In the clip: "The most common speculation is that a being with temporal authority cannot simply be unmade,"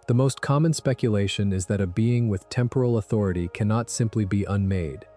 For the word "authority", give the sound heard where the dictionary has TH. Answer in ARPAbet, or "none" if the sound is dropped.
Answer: TH